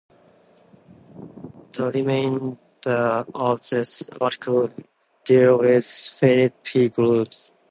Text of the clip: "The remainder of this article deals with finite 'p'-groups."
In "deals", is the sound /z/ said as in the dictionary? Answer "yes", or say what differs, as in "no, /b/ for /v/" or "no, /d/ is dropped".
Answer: no, /z/ is dropped